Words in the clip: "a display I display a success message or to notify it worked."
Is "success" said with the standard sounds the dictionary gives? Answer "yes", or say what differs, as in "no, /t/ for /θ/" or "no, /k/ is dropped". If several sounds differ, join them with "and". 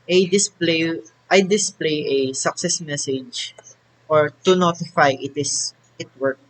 yes